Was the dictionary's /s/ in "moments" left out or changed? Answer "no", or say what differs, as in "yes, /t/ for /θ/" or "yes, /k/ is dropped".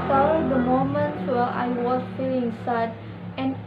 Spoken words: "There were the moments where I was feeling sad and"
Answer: yes, /s/ is dropped